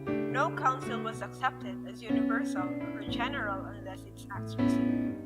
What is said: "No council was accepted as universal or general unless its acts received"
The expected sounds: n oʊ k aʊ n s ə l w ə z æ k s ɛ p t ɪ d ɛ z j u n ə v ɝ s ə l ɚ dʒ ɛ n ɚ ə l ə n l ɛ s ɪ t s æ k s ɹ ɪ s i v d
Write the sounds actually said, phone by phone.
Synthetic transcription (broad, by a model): n oʊ k aʊ n s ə l w ə z æ k s ɛ p t ɪ d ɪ z j u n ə v ɝ s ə l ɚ dʒ ɛ n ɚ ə l ə n l ɛ s ɪ t s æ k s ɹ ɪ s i